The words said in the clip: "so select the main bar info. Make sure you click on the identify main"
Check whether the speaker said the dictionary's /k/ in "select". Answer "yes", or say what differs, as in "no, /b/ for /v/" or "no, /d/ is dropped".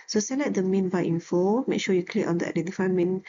no, /k/ is dropped